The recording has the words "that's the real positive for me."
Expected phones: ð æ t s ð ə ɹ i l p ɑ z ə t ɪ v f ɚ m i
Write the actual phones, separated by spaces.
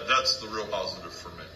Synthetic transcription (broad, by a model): ð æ t s ð ə ɹ i l p ɑ z ə t ɪ v f ɚ m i